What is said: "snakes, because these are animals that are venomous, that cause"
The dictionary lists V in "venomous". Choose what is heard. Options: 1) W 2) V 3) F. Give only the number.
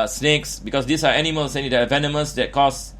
2